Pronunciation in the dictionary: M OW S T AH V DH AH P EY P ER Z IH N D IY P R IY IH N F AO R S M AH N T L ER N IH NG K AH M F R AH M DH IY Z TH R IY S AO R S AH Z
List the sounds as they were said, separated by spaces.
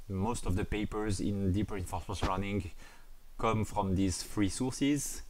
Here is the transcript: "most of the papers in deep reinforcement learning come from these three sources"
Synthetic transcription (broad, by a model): M OW S T AH V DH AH P EY P ER Z IH N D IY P R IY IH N F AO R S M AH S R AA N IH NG K AH M F R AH M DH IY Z F R IY S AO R S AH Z